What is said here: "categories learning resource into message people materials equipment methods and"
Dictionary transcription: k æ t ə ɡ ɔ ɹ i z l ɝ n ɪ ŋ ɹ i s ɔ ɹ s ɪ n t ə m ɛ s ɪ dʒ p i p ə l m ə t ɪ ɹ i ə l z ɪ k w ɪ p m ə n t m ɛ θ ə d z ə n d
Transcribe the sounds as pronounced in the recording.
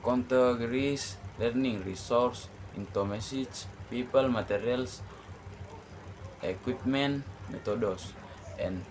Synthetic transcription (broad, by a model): k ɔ t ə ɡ ɹ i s l ɝ n ɪ ŋ ɹ i s ɔ ɹ s ɪ n t ə m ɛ s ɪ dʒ p i p ə l m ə t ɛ ɹ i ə l s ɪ k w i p m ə n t m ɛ t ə d s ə n